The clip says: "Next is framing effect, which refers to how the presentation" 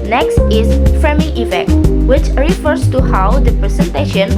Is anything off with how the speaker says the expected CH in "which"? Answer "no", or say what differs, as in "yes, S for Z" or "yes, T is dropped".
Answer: no